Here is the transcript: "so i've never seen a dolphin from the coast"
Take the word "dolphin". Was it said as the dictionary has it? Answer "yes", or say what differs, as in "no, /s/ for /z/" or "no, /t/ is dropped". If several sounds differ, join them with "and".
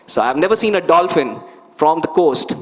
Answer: yes